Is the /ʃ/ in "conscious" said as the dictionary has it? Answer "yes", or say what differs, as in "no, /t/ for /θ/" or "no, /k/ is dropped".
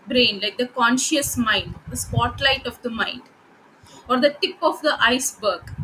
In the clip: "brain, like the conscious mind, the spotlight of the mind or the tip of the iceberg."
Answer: yes